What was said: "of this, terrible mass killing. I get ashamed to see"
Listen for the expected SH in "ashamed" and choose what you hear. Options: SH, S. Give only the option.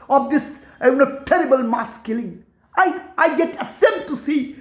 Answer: S